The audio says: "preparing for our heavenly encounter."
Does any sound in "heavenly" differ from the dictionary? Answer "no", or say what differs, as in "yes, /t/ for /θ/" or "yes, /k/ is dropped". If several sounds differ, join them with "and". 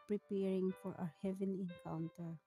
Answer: yes, /l/ is dropped